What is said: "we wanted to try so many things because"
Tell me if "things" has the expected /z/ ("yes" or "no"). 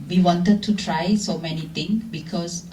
no